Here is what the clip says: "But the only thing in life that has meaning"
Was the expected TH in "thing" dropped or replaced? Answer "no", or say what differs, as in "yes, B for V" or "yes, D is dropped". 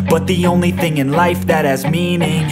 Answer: no